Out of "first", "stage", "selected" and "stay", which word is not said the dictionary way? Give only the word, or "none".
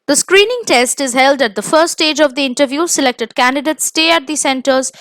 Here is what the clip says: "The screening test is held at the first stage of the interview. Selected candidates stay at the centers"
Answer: first